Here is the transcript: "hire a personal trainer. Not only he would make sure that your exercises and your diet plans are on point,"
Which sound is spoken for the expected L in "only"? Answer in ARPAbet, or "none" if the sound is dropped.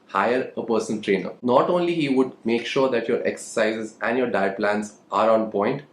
L